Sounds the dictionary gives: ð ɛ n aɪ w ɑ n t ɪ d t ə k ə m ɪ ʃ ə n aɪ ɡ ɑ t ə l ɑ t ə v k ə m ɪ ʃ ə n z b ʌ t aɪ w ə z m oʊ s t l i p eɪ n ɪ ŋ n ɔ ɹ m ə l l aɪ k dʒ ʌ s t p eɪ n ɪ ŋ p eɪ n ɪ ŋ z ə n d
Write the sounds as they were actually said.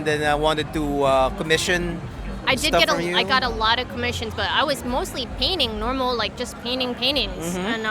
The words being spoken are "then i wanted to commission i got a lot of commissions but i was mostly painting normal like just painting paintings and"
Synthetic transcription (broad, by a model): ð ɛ n aɪ w ɑ n t ɪ d t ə k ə m ɪ ʃ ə n aɪ ɡ ɑ t ə l ɑ t ə v k ə m ɪ ʃ ə n z b ʌ t aɪ w ə z m oʊ s t l i p eɪ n ɪ ŋ n ɔ ɹ m l l aɪ k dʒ ʌ s p eɪ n ɪ ŋ p eɪ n ɪ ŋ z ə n